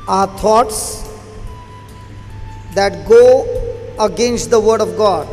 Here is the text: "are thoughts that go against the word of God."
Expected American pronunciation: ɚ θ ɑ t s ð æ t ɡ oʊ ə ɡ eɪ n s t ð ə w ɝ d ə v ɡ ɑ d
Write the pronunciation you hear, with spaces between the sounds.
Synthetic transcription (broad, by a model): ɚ t ɑ t s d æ t ɡ oʊ ə ɡ eɪ n s t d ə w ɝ d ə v ɡ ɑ d